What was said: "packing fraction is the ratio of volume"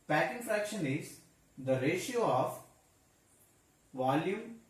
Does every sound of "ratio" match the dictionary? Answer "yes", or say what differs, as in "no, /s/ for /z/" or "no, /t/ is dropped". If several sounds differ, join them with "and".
yes